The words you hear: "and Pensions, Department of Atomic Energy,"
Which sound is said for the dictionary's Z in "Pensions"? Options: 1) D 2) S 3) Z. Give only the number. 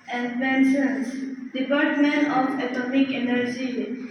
2